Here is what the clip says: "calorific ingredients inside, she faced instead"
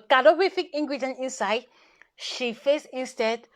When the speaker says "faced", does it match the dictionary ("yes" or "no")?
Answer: no